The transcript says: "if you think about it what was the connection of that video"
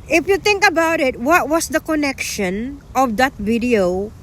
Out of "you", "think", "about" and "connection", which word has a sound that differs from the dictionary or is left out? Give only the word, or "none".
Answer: think